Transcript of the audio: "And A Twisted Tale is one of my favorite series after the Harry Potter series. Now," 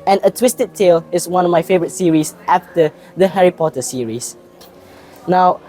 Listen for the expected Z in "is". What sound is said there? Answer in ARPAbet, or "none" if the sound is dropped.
S